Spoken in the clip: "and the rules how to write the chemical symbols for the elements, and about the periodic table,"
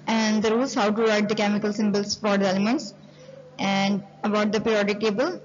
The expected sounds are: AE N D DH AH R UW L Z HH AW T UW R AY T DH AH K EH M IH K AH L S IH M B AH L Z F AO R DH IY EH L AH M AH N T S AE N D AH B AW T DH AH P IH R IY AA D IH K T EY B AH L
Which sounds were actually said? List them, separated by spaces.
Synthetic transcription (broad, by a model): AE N D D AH R UW L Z HH AW T UW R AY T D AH K EH M IH K AH L S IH M B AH L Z F AO R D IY EH L AH M AH N T S AE N D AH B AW T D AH P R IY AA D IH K T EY B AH L